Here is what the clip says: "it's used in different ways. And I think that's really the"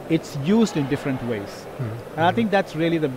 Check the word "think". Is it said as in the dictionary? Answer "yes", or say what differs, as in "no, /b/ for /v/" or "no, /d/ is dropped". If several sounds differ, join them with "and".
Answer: no, /t/ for /θ/